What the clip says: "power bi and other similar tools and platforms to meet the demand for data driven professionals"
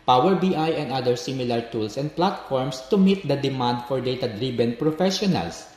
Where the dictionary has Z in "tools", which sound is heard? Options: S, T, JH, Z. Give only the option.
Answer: S